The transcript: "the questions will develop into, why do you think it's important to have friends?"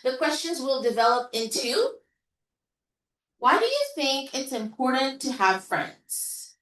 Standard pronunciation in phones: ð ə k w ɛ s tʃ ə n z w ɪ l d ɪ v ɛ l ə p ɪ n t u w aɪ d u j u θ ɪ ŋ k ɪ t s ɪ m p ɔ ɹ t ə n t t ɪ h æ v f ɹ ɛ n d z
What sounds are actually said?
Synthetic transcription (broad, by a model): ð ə k w ɛ s tʃ ə n z w ɪ l d ɪ v ɛ l ə p ɪ n t u w aɪ d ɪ j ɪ θ ɪ ŋ k ɪ t s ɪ m p ɔ ɹ t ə n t t ɪ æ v f ɹ ɛ n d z